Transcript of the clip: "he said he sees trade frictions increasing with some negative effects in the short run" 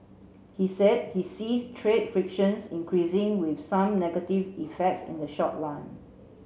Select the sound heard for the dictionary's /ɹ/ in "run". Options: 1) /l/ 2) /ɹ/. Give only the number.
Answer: 1